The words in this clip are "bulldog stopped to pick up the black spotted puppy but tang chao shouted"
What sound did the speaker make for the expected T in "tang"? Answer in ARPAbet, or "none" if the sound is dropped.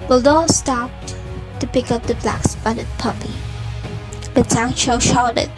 S